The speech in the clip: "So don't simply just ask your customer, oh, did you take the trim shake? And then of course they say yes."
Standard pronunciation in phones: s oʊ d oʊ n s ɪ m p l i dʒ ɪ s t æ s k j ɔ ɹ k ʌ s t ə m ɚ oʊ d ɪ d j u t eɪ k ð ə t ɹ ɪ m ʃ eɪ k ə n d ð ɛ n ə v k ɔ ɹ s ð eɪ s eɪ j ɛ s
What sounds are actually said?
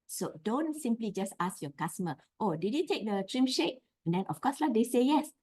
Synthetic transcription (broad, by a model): s oʊ d oʊ n s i m p l i dʒ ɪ s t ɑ s k j ɔ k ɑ s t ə m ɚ oʊ d ɪ d j u t eɪ k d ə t ɹ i m ʃ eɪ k ə n d ɛ n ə f k ɔ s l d eɪ s eɪ j ɛ s